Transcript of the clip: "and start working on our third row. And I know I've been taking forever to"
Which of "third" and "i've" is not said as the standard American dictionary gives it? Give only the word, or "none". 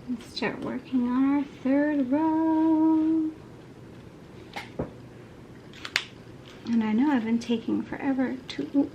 none